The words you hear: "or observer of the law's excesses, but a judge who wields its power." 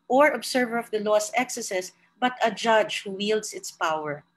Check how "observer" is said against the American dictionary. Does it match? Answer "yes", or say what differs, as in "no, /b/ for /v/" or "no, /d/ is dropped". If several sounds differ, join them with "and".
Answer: no, /s/ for /z/